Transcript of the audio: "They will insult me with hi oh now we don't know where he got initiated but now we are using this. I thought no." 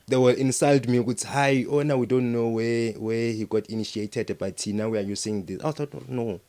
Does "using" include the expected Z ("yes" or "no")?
no